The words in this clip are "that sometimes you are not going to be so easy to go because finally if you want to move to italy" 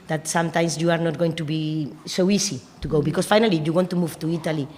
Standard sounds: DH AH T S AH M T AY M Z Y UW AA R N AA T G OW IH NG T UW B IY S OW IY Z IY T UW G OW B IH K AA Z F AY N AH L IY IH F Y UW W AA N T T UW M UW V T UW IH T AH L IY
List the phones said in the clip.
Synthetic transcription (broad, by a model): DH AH T S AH M T AY M S Y UW AA R N AA T G OW IH NG T UW B IY S OW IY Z IY T UW G OW B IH K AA S F AY N AH L IY Y UW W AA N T T UW M UW V T UW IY T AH L IY